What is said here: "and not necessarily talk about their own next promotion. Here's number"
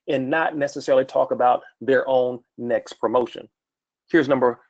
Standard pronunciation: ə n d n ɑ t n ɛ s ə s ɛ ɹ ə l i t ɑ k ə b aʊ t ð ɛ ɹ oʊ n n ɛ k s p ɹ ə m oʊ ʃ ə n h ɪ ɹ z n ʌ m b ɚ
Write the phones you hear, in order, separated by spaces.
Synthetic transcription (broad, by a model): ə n n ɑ t n ɛ s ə s ɛ ɹ l i t ɑ k ə b aʊ t ð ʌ ɹ oʊ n n ɛ k s p ɹ ə m oʊ ʃ ə n h ɪ ɹ z n ʌ m b ɚ